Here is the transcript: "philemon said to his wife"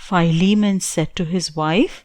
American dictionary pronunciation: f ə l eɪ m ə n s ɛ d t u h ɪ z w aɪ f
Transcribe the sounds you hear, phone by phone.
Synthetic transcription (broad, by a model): f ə l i m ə n s ɛ d t u h ɪ z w aɪ f